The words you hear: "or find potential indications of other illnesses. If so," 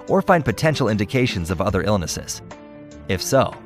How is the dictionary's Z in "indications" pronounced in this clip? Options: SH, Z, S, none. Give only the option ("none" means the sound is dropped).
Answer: Z